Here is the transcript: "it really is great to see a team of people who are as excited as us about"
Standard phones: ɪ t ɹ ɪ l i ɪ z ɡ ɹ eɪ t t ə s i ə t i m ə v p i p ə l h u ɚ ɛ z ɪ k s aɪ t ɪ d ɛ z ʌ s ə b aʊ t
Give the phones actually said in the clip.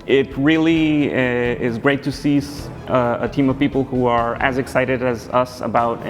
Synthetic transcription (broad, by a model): ɪ t ɹ ɪ l i ɪ z ɡ ɹ eɪ t s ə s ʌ ə t i m ə v p i p l h u ɚ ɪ z ɪ k s aɪ t ɪ d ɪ z ʌ s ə b aʊ t